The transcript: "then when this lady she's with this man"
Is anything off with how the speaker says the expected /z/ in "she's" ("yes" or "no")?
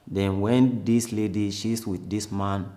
yes